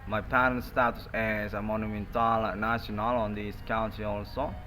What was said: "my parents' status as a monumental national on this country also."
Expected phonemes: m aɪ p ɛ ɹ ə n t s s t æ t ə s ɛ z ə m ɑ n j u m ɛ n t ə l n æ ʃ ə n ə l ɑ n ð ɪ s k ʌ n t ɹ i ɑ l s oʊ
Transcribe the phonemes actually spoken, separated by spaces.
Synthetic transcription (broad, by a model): m aɪ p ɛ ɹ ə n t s s t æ t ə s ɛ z ə m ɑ n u m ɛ n t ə l n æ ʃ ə n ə l ɑ n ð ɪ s k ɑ n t i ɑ l s oʊ